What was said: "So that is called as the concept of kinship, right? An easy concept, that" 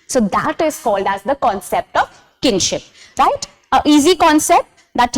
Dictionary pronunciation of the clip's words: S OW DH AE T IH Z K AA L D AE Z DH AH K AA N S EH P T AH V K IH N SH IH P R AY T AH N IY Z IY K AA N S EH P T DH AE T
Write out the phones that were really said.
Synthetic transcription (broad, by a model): S OW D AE T IH Z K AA L D AE Z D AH K AA N S EH P T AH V K IH N SH IH P R AY T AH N IY Z IY K AA N S EH P T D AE T